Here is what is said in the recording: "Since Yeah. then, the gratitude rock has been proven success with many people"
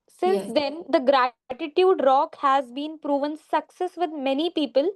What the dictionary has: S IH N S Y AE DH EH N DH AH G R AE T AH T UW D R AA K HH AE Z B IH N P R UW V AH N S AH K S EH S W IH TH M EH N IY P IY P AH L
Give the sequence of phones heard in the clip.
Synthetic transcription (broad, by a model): S IH N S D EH N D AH G R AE T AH T UW D R AA K HH AE Z B IH N P R UW V AH N S AH K S EH S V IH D M EH N IY P IY P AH L